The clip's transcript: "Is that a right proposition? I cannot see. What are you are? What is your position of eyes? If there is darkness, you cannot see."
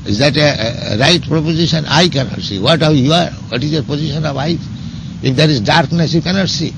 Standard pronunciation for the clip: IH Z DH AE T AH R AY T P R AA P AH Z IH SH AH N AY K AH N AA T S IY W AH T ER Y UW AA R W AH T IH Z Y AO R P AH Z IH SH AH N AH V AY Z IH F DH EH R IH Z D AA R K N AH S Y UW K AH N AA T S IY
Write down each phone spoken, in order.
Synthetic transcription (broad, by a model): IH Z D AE T AH R AY T P R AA P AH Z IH SH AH N AY K AH N AA T S IY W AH T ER Y UW AA R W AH T IH Z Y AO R P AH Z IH SH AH N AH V AY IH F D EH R IH Z D AA R K N AH S Y UW K AH N AA T S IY